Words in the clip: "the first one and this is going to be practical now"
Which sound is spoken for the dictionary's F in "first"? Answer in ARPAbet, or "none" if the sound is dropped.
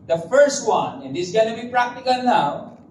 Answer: F